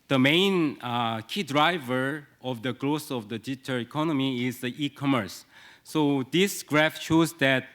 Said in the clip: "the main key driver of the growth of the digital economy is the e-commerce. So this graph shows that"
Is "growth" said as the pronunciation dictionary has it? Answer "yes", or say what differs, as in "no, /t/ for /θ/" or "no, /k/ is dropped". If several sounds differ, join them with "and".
no, /s/ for /θ/